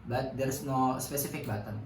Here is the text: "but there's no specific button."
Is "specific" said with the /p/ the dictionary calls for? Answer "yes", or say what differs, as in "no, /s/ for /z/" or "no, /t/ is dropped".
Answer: yes